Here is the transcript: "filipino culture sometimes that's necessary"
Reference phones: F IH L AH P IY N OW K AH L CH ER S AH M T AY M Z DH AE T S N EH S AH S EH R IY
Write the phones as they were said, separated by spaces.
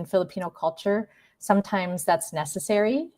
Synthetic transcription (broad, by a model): F IH L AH P IY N OW K AH L CH ER S AH M T AY M Z DH AE T S N EH S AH S EH R IY